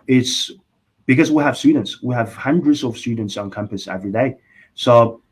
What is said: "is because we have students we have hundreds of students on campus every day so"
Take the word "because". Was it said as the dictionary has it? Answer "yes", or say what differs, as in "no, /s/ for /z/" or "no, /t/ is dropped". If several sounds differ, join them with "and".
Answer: yes